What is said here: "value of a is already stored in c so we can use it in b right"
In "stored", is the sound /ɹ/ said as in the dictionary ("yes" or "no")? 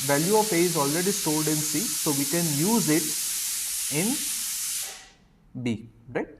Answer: no